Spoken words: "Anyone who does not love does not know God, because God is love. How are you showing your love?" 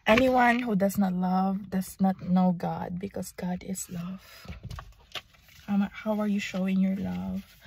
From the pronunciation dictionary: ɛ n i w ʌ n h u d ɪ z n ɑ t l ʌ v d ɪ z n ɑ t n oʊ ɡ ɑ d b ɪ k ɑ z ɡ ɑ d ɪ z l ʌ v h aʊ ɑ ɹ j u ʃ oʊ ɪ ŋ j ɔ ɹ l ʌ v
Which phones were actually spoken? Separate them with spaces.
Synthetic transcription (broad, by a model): ɛ n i w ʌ n h u d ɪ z n ɑ t l ʌ v d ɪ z n ɑ t n oʊ ɡ ɑ d b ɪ k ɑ s ɡ ɑ d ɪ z l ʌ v h aʊ ɑ ɹ j u ʃ oʊ ɪ ŋ j ɔ ɹ l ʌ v